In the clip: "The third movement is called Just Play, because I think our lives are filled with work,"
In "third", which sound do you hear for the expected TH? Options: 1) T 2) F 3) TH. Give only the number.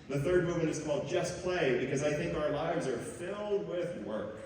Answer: 3